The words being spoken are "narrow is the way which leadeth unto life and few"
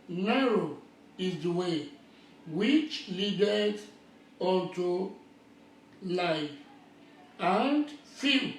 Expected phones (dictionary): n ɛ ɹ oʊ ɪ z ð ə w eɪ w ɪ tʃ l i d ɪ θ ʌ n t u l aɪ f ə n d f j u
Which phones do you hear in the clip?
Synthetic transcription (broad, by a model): n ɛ ɹ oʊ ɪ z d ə w eɪ w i tʃ l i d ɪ t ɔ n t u l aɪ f ə n d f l